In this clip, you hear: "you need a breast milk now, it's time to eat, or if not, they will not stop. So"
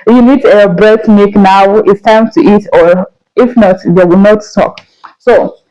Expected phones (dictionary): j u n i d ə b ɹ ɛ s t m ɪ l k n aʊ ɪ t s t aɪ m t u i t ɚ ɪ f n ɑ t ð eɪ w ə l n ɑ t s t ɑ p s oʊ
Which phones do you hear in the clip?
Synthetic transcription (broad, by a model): j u n i d ə b ɹ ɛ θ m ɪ k n aʊ ɪ t s t aɪ m t u i t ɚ ɪ f n ɑ t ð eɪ w ə l n ɑ t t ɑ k s oʊ